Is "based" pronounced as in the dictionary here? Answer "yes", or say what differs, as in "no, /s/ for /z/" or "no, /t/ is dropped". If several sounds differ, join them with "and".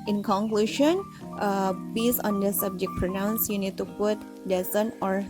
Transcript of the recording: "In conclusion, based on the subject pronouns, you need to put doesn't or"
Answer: no, /t/ is dropped